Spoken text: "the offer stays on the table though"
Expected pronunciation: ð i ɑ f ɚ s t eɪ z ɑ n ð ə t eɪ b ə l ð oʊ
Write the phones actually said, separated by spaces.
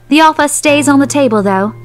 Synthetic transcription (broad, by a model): ð i ɑ f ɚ s t eɪ z n ð ə t eɪ b ə l ð oʊ